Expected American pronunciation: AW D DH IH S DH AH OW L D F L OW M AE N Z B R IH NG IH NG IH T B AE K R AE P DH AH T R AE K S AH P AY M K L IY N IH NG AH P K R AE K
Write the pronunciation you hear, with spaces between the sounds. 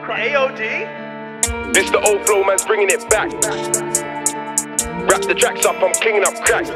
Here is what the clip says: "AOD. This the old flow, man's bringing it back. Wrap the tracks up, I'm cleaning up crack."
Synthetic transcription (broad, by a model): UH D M IH S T AH OW L D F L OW M AE N Z B R IH NG IH NG IH T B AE K R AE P DH AH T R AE K S AH P AY M K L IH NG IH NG AH P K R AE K